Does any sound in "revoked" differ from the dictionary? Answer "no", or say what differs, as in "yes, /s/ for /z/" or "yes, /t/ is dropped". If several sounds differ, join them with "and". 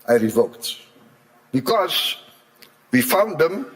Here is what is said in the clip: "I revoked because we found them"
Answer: no